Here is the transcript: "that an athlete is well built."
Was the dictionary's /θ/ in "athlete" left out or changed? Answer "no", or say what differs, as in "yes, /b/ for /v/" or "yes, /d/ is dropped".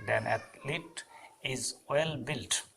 yes, /t/ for /θ/